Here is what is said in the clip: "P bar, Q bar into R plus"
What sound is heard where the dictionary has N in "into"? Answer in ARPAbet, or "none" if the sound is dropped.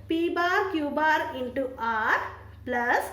N